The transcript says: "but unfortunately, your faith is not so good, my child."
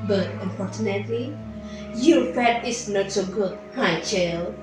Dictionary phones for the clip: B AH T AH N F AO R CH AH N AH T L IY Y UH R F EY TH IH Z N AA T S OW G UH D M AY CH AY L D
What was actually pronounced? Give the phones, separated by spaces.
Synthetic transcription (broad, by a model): B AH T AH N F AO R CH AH N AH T L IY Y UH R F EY T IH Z N AA T S OW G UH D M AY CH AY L